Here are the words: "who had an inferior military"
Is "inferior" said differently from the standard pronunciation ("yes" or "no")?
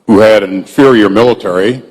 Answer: no